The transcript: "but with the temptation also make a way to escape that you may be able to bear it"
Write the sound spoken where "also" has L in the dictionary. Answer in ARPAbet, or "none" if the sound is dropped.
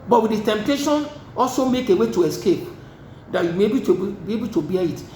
L